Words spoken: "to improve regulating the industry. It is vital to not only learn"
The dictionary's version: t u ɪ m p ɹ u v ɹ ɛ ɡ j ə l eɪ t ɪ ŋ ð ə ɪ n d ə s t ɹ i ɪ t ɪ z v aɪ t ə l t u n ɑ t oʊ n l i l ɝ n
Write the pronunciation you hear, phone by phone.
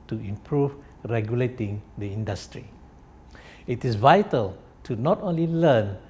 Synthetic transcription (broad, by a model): t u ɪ m p ɹ u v ɹ ɛ ɡ j ə l eɪ t ɪ ŋ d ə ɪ n d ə s t ɹ i ɪ t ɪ s v aɪ t ə l t u n ɑ t oʊ n l i l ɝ n